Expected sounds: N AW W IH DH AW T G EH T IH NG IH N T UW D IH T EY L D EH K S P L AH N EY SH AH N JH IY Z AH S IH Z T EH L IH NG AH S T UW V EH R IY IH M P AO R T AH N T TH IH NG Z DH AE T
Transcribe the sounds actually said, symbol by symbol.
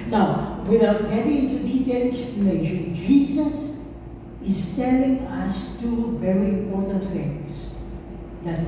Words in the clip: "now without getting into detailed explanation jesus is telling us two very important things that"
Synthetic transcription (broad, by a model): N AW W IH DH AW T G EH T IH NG IH N T UW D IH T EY L EH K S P AH L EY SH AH N JH IY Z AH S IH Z T EH L IH NG AH S T UW V EH R IY IH M P AO R T AH N T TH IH NG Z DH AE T